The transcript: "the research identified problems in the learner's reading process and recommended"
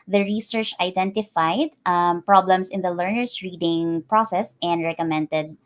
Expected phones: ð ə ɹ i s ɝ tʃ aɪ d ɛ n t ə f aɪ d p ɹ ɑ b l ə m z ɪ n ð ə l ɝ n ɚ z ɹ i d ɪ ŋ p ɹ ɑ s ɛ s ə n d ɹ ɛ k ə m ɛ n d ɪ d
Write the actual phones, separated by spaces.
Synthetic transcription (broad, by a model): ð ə ɹ i s ɝ tʃ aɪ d ɛ n t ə f aɪ d p ɹ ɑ b l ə m s ɪ n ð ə l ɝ n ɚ s ɹ i d ɪ ŋ p ɹ ɑ s ɛ s ə n d ɹ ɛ k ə m ɛ n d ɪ d